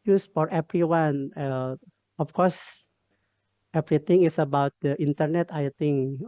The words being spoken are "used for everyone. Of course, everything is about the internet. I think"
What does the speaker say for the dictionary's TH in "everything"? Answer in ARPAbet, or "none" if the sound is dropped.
T